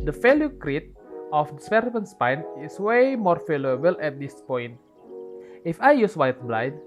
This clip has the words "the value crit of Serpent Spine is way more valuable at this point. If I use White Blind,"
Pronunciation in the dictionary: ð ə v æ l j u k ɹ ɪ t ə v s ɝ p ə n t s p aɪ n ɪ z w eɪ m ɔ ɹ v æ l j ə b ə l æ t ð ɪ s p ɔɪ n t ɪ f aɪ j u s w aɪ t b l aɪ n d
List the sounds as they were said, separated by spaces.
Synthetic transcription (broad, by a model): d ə f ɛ l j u k ɹ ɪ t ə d s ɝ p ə n s p aɪ n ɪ s w eɪ m ɔ ɹ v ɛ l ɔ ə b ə l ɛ t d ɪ s p ɔɪ n t ɪ f aɪ j u s w aɪ t b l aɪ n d